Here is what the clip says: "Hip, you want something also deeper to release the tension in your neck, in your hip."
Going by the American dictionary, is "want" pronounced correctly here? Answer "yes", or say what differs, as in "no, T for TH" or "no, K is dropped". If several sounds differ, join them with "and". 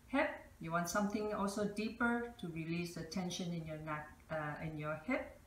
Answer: yes